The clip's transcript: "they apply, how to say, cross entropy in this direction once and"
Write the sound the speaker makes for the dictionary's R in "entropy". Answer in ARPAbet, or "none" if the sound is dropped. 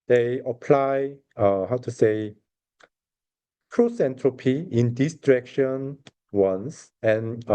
R